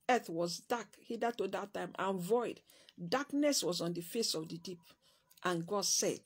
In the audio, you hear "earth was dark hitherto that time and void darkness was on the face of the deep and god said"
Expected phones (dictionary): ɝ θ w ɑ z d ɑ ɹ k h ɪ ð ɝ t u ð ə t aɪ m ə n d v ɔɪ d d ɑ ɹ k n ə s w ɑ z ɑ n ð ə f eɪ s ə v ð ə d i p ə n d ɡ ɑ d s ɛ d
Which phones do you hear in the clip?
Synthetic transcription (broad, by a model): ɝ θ w ɑ z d ɑ k h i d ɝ t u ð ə t aɪ m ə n v ɔɪ d d ɑ k n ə s w ɑ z ɑ n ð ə f eɪ s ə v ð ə d i p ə n ɡ ɑ d s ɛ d